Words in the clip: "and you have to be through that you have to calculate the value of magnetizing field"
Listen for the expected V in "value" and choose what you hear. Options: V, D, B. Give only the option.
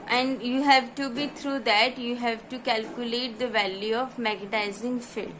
V